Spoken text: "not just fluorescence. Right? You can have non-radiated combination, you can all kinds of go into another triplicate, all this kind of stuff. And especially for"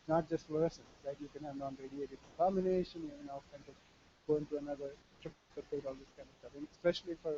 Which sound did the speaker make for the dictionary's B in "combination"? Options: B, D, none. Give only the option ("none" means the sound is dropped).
none